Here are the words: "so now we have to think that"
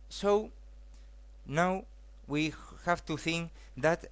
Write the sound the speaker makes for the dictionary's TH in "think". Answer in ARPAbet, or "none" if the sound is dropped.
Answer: TH